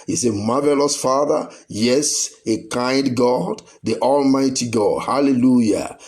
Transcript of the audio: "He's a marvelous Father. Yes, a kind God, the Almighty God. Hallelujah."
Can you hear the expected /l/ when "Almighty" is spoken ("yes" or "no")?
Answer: yes